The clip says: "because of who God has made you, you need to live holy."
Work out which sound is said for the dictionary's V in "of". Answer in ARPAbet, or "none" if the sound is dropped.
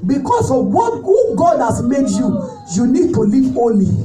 W